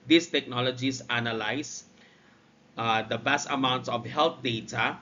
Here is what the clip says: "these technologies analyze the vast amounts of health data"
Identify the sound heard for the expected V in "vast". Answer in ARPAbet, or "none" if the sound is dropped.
B